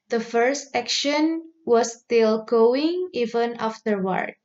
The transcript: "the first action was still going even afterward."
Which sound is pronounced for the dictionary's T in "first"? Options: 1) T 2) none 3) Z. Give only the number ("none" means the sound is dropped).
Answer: 1